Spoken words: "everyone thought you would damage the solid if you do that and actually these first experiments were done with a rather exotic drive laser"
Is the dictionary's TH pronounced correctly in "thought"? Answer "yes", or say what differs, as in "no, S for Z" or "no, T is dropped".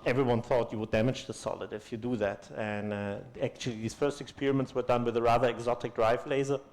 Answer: yes